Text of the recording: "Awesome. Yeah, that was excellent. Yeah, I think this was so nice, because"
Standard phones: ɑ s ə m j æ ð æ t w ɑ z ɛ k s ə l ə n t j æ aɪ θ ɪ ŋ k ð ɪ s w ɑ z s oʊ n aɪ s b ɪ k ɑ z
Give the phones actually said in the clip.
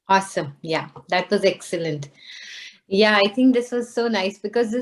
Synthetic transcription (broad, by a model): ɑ s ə m j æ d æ t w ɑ z ɛ k s ə l ə n t j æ aɪ t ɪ ŋ k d ɪ s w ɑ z s oʊ n aɪ s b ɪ k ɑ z